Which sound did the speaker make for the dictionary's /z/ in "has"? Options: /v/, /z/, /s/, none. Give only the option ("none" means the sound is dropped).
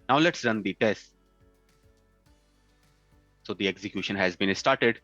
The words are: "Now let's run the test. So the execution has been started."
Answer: /z/